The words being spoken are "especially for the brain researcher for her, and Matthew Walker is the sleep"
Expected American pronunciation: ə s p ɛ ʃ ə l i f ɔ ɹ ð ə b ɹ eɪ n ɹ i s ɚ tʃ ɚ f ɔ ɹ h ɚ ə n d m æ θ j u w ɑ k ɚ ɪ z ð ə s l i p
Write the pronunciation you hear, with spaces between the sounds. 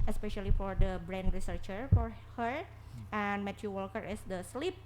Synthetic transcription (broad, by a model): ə s p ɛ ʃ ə l i f ɔ ɹ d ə b ɹ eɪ n ɹ i s ɚ tʃ ɚ f ɔ ɹ h ɚ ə n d m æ t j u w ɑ k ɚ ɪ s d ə s l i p